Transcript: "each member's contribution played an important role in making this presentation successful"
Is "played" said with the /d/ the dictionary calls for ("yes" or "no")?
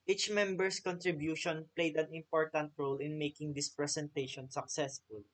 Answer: yes